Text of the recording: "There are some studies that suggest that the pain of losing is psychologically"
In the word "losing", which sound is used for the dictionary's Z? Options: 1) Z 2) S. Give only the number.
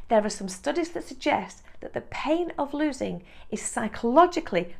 1